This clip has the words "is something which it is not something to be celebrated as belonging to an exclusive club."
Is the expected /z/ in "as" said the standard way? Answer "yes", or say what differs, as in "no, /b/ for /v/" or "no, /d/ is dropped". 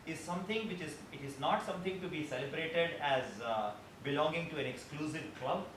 yes